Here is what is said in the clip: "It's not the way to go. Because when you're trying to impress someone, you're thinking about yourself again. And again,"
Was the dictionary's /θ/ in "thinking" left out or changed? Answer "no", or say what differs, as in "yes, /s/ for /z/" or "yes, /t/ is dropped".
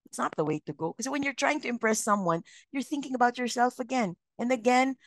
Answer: no